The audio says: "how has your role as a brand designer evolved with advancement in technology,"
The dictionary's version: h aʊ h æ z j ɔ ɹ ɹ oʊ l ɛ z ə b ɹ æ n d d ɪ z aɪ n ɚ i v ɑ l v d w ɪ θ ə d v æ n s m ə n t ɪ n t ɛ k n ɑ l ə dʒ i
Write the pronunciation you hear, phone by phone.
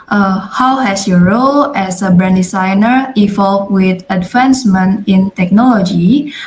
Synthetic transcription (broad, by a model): h aʊ h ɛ s j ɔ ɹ ɹ oʊ l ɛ s ə b ɹ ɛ n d d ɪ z aɪ n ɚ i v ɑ l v w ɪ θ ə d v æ n s m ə n ɪ n t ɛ k n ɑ l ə dʒ i